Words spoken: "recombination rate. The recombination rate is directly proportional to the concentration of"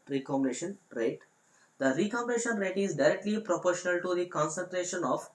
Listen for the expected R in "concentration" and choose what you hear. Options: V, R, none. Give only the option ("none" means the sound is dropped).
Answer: R